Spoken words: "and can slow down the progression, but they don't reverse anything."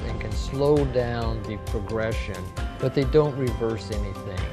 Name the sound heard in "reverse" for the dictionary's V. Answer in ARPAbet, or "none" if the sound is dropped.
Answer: V